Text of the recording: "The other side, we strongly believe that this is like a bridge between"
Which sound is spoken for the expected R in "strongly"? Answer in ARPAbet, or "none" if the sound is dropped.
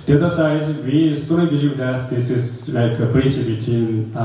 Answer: none